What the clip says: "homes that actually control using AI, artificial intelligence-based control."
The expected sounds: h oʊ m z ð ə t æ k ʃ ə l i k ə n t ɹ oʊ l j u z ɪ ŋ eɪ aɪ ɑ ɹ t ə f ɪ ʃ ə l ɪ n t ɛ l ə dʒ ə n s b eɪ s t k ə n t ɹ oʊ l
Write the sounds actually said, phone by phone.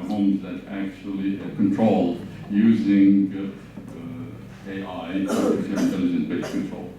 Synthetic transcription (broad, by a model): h oʊ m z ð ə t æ k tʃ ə l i k ə n t ɹ oʊ l j u z ɪ ŋ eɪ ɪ ɑ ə ɪ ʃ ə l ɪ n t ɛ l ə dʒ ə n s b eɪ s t k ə n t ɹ oʊ l